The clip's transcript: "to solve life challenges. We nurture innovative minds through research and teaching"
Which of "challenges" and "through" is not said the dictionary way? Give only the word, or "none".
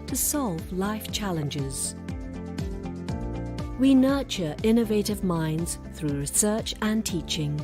none